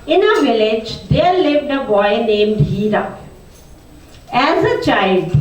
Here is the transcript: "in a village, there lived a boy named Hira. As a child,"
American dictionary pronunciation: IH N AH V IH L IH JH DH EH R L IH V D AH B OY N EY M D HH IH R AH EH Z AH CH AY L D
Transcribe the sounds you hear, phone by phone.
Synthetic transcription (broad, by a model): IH N AH V IH L IH JH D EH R L IH V D AH B OY N EY M D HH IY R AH EH Z AH CH AY L D